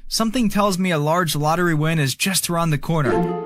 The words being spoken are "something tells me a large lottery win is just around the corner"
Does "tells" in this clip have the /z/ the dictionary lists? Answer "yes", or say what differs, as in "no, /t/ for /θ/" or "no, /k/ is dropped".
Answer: yes